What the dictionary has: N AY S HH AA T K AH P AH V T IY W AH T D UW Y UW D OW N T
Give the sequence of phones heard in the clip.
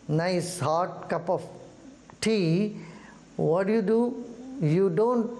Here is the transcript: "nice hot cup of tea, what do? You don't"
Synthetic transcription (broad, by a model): N AY S HH AA T K AH P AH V T IY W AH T D UW Y UW D OW N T